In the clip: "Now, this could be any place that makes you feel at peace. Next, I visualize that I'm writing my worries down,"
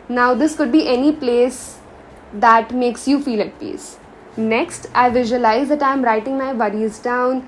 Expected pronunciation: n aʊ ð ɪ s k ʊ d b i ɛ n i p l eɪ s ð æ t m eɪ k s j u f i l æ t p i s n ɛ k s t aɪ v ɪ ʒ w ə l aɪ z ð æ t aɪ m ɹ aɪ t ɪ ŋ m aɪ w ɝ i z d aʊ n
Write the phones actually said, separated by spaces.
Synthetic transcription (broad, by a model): n aʊ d ɪ s k ʊ d b i ɛ n i p l eɪ s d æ t m eɪ k s j u f i l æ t p i s n ɛ k s t aɪ v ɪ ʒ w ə l aɪ z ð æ t aɪ m ɹ aɪ t ɪ ŋ m aɪ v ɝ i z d aʊ n